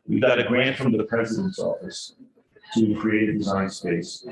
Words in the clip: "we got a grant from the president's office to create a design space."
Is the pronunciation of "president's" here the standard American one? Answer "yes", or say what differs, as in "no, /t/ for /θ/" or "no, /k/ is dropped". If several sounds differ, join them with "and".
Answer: yes